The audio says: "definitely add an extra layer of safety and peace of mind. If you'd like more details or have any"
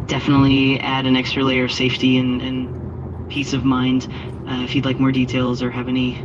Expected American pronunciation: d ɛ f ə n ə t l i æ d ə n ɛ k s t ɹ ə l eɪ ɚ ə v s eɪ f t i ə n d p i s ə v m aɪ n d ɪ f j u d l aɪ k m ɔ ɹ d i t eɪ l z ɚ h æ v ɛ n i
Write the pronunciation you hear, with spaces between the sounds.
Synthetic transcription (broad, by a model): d ɛ f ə n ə t l i æ d ə n ɛ k s t ɹ ə l eɪ ɚ ə v s eɪ f t i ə n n p i s ə v m aɪ n d ɪ f j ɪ d l aɪ k m ɔ ɹ d i t eɪ l z ɚ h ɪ v ɛ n i